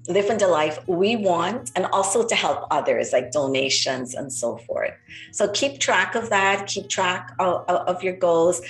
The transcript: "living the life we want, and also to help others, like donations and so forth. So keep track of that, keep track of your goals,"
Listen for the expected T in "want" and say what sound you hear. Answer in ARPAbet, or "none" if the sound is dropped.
T